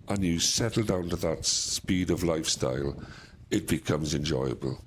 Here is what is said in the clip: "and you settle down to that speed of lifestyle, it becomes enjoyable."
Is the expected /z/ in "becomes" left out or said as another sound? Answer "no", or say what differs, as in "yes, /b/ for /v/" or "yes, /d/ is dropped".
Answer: no